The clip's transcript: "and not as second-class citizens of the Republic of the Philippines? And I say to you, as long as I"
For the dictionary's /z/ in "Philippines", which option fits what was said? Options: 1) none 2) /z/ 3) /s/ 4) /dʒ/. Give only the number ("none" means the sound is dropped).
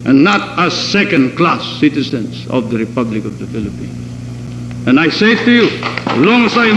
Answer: 3